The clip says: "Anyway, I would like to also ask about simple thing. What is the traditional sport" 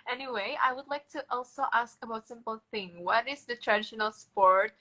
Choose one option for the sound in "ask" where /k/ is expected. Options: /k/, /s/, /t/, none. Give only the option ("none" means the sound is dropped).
/k/